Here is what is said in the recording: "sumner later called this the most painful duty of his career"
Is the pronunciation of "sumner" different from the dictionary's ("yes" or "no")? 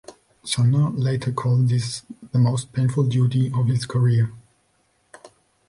yes